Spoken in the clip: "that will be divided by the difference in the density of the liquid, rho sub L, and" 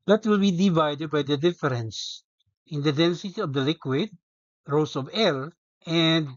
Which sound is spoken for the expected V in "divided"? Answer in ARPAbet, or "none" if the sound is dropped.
V